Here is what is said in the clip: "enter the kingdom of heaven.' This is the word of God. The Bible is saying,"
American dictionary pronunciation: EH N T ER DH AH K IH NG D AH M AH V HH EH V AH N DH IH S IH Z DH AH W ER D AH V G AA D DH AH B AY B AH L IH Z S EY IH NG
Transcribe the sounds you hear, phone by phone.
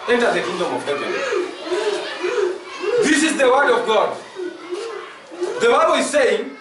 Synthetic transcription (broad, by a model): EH N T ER DH AH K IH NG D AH M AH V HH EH AH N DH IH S IH Z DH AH W ER D AH V G AA D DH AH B AY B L IH Z S EY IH NG